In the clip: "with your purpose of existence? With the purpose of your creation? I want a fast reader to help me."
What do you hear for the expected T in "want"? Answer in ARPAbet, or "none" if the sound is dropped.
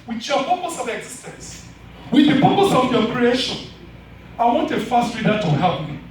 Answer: T